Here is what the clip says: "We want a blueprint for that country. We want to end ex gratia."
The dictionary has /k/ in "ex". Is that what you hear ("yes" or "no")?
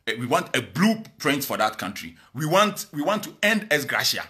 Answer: no